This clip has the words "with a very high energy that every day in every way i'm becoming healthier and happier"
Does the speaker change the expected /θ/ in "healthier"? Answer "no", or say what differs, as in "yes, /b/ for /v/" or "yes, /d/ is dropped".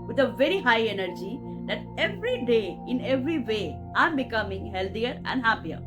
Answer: yes, /t/ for /θ/